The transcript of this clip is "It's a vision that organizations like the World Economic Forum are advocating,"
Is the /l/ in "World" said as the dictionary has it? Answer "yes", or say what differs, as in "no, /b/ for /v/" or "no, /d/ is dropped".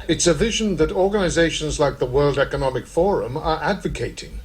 yes